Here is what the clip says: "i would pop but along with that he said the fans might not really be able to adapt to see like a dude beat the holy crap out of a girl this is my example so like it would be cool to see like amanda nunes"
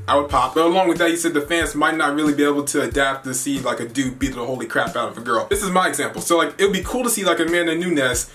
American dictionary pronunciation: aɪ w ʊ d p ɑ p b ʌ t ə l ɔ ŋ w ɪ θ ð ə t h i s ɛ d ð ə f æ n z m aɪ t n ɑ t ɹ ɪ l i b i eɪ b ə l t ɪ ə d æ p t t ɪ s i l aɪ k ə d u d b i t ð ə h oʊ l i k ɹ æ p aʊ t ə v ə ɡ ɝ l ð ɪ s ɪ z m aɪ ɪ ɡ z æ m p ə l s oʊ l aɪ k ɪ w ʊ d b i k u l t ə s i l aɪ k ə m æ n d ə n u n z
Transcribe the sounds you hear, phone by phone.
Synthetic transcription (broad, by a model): aɪ w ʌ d p ɑ p b ʌ t ə l ɔ ŋ w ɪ ð ə t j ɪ s ɛ d ð ə f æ n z m aɪ t n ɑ t ɹ ɪ l i b i eɪ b l t ɪ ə d æ p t t ɪ s i l aɪ k ə d u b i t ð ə h oʊ l i k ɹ æ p aʊ t ə v ə ɡ ɝ l ð ɪ s ɪ z m aɪ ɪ ɡ z æ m p l s oʊ l aɪ k ɪ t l b i k u l t ə s i l aɪ k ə m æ n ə n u n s